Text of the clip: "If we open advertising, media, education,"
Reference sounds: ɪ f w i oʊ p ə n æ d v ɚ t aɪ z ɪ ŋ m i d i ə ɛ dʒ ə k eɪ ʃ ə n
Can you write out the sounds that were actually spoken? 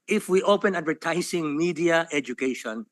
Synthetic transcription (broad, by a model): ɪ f w i oʊ p ə n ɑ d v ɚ t aɪ s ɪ ŋ m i d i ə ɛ dʒ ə k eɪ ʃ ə n